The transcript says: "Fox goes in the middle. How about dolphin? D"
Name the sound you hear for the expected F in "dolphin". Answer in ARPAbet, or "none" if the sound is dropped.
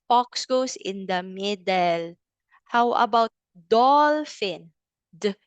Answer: F